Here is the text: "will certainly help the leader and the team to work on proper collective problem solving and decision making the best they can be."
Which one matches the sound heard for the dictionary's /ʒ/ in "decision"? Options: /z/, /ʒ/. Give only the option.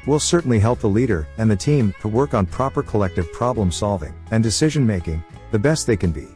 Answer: /ʒ/